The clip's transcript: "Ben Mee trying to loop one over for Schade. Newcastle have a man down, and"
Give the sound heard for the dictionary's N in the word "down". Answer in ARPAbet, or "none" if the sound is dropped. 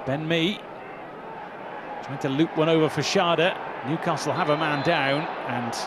N